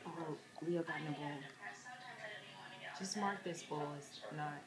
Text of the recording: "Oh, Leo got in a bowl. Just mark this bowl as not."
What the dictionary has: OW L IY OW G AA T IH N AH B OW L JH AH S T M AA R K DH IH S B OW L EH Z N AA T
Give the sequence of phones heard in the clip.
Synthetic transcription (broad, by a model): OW W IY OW G AA T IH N AH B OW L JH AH S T M AA R K DH IH S B OW L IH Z N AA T